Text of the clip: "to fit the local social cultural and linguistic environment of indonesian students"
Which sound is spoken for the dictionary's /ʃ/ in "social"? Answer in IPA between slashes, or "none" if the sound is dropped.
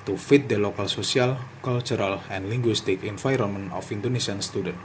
/s/